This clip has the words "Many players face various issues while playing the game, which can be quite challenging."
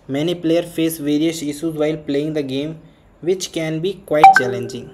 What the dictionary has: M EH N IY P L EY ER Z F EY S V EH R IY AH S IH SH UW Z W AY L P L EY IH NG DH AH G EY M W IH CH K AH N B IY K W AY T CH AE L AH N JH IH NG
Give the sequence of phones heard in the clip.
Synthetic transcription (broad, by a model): M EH N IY P L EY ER F EY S V EH R IY AH S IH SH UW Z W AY L P L EY IH NG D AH G EY M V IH CH K AH N B IY K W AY T CH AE L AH N JH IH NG